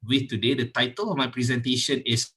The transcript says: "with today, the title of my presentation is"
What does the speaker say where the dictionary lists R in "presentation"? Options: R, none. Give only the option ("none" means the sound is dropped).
R